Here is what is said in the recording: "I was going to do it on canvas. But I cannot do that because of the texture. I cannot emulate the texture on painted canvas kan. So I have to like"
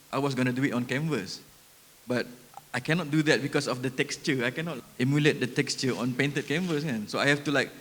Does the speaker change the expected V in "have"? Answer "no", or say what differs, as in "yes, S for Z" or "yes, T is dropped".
yes, F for V